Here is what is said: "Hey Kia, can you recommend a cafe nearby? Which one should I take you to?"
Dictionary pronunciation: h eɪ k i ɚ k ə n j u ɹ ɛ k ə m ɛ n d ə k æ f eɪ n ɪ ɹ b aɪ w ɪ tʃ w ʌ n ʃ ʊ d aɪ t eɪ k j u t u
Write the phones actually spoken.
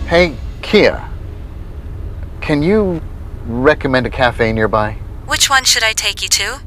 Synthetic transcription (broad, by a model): h eɪ k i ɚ k ə n j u ɹ ɛ k ə m ɛ n d ə k æ f eɪ n ɪ ɹ b aɪ w ɪ tʃ w ʌ n ʃ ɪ d aɪ t eɪ k j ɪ t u